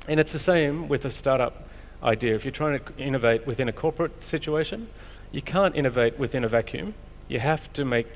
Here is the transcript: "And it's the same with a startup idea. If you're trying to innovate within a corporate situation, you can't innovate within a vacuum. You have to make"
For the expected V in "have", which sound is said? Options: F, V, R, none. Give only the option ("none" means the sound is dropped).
F